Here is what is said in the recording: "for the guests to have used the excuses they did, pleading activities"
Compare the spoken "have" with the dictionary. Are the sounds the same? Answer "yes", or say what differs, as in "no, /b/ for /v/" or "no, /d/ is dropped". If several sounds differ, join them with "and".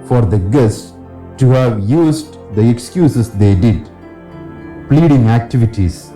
yes